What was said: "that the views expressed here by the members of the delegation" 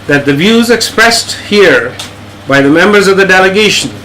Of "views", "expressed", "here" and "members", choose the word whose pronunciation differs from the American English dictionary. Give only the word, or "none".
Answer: none